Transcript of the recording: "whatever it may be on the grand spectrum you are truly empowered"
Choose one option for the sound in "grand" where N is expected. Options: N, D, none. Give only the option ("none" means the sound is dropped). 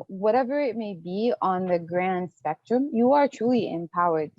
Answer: N